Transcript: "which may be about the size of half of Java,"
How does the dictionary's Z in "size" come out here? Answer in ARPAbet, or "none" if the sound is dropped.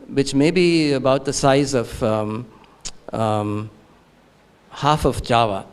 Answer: Z